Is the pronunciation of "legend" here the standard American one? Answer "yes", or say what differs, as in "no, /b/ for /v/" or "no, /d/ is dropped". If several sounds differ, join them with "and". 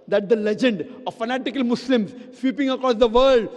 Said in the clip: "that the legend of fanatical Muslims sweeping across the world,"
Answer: yes